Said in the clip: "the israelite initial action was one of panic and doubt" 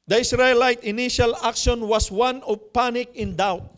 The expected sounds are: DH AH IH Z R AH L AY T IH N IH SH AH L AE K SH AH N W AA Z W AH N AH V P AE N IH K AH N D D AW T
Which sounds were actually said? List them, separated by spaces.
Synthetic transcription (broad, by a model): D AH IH S R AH L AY T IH N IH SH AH L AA K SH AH N W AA S W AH N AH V P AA N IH K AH N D D AW T